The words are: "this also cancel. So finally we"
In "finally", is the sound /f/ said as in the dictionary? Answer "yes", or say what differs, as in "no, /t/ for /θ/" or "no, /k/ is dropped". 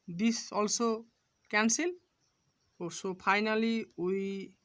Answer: no, /p/ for /f/